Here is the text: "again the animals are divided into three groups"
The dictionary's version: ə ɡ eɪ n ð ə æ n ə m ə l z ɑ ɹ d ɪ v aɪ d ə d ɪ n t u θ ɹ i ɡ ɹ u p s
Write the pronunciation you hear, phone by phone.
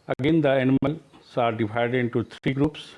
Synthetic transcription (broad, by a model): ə ɡ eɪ n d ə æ n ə m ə l s ɑ ɹ d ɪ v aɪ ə d ɪ n t u t ɹ i ɡ ɹ u p s